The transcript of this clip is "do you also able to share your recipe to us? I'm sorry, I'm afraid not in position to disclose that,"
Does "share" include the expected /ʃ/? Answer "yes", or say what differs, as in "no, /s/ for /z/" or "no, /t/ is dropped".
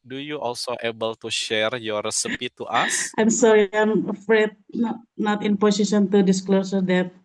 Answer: yes